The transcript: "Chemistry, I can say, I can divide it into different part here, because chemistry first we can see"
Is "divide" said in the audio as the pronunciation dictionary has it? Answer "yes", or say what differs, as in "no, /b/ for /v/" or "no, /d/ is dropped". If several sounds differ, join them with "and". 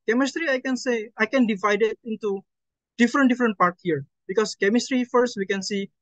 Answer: yes